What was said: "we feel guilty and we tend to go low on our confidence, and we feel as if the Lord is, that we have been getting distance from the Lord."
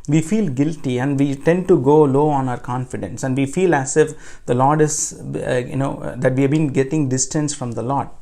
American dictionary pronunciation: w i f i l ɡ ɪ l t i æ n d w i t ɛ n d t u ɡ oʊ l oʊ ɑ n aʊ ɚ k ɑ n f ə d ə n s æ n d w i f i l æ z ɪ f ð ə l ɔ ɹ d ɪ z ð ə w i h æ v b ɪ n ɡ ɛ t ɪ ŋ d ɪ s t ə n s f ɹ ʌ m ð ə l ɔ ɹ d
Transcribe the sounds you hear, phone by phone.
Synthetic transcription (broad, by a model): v i f i l ɡ ɪ l t i æ n d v i t ɛ n d t u ɡ oʊ l oʊ ɑ n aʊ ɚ k ɑ n f ə d ə n s æ n d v i f i l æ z ɪ f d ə l ɔ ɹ d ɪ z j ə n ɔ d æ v b ɪ n ɡ ɛ t ɪ ŋ d ɪ s t ə n s f ɹ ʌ m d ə l ɔ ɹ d